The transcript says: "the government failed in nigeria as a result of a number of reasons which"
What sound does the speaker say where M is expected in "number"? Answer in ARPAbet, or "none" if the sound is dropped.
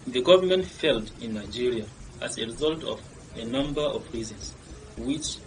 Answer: M